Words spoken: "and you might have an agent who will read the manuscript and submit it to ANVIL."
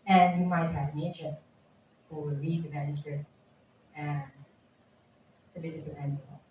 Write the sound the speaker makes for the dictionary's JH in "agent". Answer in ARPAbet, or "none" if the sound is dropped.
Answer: CH